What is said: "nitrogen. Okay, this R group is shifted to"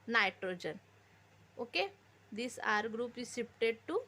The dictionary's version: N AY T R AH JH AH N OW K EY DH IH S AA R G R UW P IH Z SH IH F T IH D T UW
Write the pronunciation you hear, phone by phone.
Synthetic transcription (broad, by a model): N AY T R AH JH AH N OW K EY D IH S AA R G R UW P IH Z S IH P T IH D T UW